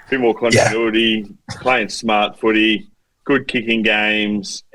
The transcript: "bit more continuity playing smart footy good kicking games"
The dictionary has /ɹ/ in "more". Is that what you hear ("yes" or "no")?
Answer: no